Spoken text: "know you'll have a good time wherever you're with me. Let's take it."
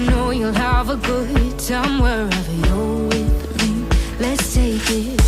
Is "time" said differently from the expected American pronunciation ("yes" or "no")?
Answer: yes